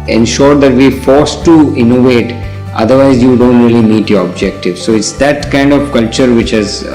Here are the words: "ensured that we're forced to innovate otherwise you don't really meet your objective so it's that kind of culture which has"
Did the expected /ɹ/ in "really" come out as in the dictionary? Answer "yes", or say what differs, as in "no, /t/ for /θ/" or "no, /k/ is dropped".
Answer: yes